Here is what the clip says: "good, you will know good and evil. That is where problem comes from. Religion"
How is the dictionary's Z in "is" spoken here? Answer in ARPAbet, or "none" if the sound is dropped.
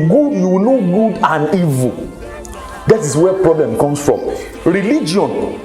S